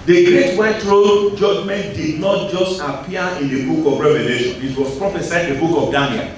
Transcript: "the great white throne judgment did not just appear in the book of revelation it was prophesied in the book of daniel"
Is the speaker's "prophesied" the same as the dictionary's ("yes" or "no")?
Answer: no